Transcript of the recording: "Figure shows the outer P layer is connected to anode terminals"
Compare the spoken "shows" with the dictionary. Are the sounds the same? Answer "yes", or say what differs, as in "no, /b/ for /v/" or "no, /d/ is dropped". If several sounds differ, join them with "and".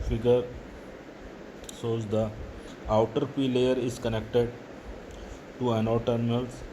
no, /s/ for /ʃ/